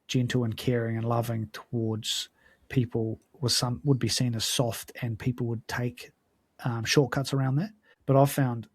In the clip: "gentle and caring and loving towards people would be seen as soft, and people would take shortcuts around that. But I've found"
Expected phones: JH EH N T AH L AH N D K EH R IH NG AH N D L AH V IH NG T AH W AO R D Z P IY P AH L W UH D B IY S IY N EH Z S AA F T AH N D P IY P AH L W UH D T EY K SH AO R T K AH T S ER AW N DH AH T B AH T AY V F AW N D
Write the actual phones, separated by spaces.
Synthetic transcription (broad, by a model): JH EH N T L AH N K EH R IH NG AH N L AH V IH NG T AH W AO R D Z P IY P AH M W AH D B IY S IY N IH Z S AA F T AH N P IY P L W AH D T EY K SH AO R T K AH T S ER AW N DH AH T B AH T AY V F AW N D